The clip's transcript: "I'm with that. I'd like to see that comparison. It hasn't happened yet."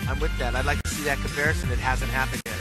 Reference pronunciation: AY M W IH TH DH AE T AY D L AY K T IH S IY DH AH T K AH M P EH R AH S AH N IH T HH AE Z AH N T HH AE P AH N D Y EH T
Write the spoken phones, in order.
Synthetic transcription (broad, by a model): AY M W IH DH AE T AY D L AY K T IH S IY DH AH T K AH M P EH R AH S AH N IH T HH AE Z AH N T HH AE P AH N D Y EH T